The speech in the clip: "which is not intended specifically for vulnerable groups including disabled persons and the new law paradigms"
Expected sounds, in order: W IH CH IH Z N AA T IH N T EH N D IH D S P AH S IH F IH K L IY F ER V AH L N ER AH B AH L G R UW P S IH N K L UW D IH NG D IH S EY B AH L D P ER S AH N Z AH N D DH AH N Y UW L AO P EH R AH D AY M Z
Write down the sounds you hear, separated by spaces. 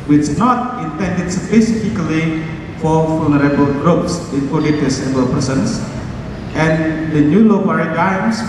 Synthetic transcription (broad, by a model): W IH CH N AA T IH N T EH N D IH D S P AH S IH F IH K L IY F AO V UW L N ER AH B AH L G R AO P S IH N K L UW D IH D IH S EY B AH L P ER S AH N S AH N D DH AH N Y UW L AO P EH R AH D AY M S